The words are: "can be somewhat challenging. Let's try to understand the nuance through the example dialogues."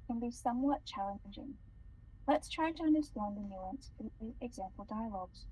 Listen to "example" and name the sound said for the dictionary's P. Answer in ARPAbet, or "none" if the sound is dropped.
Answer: P